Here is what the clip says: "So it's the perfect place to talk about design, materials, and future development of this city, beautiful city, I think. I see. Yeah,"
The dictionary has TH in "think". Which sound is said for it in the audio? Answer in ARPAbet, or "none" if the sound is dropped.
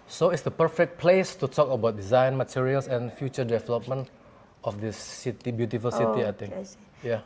T